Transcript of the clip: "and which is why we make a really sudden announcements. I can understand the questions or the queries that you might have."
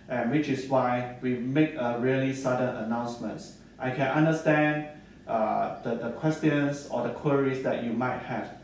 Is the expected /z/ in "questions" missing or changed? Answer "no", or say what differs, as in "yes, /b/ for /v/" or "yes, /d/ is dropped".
yes, /s/ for /z/